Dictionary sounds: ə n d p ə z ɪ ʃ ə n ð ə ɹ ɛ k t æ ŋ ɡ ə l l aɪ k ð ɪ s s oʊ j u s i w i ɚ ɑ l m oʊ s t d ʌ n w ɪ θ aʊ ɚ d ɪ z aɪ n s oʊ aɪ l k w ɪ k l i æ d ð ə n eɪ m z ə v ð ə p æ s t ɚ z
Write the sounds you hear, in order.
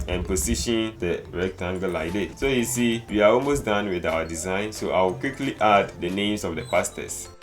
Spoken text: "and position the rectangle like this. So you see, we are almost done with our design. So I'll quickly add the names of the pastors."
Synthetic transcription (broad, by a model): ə n p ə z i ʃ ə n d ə ɹ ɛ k t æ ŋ ɡ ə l l aɪ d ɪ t s oʊ j u s i w i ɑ ɑ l m oʊ s d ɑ n w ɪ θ aʊ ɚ d ɪ z aɪ n s oʊ aɪ w k w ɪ k l i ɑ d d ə n eɪ m s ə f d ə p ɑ s t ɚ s